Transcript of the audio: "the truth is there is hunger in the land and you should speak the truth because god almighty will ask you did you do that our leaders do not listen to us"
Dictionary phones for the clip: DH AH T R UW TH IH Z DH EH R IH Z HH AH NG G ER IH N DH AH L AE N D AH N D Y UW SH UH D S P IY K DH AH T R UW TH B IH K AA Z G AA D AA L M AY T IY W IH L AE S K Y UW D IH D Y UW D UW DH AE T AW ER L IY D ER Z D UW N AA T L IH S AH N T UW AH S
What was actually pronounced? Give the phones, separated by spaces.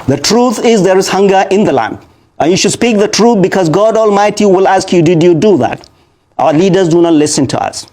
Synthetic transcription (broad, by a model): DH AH T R UW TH IH Z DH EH R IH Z HH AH NG G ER IH N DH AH L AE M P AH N Y UW SH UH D S P IY K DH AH T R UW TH B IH K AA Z G AA D AA L M AY T IY W IH L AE S K Y UW D IH D Y UW D UW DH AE T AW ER L IY D ER Z D UW N AA T L IH S AH N T UW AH S